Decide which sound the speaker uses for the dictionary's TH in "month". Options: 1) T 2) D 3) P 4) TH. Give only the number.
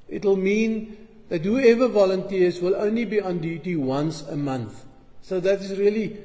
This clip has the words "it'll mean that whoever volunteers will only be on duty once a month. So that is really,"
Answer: 4